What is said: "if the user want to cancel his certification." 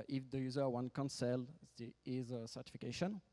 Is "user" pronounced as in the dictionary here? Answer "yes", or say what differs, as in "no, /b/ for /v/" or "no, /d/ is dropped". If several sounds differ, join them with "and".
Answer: yes